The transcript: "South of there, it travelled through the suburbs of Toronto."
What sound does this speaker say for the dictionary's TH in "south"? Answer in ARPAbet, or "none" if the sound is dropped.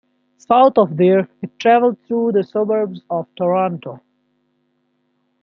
T